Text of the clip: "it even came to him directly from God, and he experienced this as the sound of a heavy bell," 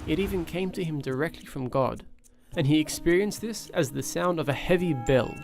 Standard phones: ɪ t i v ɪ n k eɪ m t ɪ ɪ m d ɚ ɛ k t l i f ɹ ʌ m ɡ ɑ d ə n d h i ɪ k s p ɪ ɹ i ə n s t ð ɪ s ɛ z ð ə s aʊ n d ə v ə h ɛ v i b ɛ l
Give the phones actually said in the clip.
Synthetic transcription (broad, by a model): ɪ t i v ɪ n k eɪ m t ɪ ɪ m d ɚ ɛ k t l i f ɹ ʌ m ɡ ɑ d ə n i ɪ k s p ɪ ɹ i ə n s ð ɪ s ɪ z ð ə s aʊ n d ə v ə h ɛ v i b ɛ l